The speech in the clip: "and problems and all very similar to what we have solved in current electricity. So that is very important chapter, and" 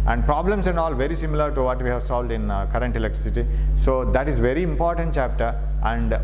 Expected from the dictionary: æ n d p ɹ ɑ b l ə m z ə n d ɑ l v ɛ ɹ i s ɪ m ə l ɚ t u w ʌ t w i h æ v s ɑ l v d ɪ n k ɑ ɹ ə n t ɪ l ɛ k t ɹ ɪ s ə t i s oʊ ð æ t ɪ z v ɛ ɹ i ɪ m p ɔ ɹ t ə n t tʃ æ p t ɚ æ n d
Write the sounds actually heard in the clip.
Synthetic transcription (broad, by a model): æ n d p ɹ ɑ b l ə m s ə n d ɑ l v ɛ ɹ i s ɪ m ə l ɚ t u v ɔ t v i h æ v s ɑ l v d ɪ n k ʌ ɹ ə n t ɪ l ɛ k t ɹ ɪ s ə t i s oʊ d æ t ɪ z v ɛ ɹ i ɪ m p ɔ ɹ t ə n t tʃ æ p t ɚ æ n d